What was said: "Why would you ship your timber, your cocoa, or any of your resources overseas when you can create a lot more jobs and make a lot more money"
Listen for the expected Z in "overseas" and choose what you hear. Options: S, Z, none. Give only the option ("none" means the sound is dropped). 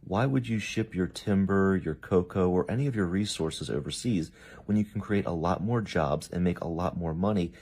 Z